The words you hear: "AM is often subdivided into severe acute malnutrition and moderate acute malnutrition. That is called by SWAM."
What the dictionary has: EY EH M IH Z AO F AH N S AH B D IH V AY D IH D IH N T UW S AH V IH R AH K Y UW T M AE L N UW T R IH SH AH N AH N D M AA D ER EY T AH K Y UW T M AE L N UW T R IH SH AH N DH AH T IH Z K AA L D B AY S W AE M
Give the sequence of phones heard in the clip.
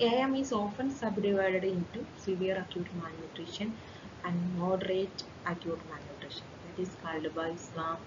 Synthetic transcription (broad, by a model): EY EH M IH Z AO F AH N S AH B D IH V AY D IH D IH N T UW S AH V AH R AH K Y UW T M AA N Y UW T R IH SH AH N AH N D M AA D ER EY T AH K Y UW T M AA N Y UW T R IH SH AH N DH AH T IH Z K AA L D B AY S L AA M